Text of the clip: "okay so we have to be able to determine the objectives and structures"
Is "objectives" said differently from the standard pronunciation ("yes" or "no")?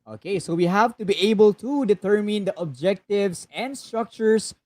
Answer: yes